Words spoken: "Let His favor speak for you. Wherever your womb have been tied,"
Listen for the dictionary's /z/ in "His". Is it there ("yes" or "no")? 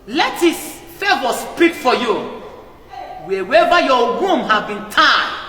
no